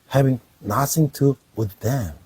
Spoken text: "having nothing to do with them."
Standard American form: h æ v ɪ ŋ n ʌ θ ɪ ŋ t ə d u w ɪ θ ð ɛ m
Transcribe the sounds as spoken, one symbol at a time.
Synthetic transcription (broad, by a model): h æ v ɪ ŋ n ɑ s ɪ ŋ t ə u w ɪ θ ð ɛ m